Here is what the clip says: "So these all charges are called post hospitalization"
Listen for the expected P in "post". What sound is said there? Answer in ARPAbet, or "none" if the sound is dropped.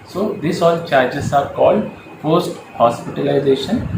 F